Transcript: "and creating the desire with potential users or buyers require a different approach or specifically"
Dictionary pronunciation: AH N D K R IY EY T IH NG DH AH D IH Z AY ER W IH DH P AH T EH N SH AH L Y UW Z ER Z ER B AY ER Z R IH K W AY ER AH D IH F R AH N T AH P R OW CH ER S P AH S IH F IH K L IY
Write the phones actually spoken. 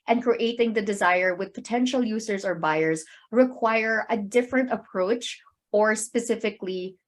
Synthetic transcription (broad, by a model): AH N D K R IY EY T IH NG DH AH D IH Z AY ER W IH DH P AH T EH N SH AH L Y UW Z ER Z ER B AY ER Z R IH K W AY ER AH D IH F R AH N T AH P R OW CH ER S P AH S IH F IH K L IY